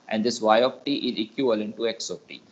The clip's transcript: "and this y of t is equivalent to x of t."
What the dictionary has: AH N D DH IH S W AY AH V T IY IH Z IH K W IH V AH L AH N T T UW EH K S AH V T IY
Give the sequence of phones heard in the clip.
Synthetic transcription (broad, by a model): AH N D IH S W AY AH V T IY IH Z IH K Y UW AH L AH N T T UW EH K S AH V T IY